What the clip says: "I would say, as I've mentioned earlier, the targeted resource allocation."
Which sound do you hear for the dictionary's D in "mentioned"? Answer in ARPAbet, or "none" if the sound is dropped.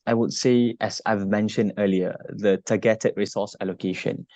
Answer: D